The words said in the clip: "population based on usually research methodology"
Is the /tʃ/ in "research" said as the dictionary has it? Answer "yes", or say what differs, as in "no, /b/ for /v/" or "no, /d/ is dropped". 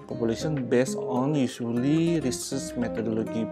no, /s/ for /tʃ/